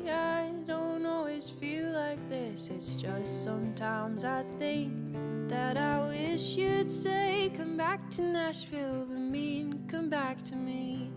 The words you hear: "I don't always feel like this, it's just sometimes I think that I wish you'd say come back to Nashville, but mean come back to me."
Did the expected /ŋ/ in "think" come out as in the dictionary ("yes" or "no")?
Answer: yes